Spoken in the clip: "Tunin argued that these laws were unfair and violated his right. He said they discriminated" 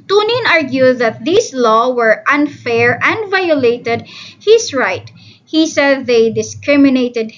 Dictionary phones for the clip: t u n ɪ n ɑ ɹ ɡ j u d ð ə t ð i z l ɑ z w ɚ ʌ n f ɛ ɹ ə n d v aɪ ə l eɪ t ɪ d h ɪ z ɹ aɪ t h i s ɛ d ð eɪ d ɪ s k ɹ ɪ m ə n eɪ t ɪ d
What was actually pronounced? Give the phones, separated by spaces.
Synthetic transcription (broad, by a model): t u n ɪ n ɑ ɹ ɡ j u d ð ə t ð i s l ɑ w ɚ ʌ n f ɛ ɹ ə n d v aɪ ə l eɪ t ɪ d h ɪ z ɹ aɪ t h i s ɛ d ð eɪ d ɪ s k ɹ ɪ m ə n eɪ t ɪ d